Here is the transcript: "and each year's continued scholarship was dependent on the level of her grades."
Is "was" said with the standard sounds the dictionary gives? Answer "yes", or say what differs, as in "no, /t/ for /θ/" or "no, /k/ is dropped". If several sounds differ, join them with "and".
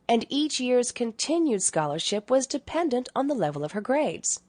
yes